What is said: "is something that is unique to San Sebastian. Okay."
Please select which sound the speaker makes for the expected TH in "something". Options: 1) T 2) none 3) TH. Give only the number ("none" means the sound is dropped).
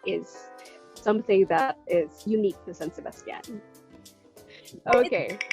3